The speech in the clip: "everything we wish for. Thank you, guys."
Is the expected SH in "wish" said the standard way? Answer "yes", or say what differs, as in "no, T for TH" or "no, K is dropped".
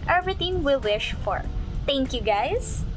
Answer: yes